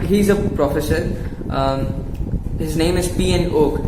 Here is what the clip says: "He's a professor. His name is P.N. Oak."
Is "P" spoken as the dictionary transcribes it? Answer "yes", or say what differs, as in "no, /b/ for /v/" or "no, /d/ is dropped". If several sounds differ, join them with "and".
yes